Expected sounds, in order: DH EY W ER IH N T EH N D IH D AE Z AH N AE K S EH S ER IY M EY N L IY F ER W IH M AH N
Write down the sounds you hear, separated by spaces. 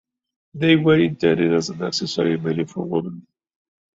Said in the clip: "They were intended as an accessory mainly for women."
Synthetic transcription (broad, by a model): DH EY W ER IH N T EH D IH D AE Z AH N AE S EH S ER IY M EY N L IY F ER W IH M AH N